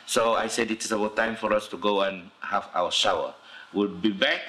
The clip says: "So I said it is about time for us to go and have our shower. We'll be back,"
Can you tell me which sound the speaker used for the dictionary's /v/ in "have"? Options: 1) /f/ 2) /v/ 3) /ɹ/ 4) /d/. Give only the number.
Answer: 1